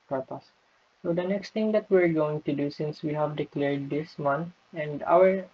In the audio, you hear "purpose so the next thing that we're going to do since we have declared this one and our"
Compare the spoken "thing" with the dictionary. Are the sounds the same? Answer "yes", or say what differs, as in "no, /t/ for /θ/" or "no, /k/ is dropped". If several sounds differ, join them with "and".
no, /t/ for /θ/